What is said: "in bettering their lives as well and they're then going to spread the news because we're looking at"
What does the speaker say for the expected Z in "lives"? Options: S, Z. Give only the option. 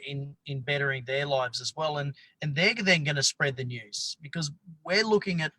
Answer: Z